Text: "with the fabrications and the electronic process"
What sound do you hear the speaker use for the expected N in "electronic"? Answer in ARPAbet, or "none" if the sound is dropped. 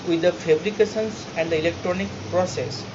N